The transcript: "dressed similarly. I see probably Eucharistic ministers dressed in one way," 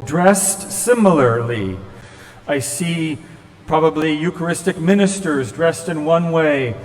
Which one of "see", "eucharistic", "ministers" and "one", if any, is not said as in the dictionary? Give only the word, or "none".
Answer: none